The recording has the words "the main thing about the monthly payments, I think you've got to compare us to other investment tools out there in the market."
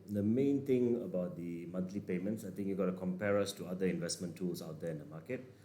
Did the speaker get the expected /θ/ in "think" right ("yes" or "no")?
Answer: no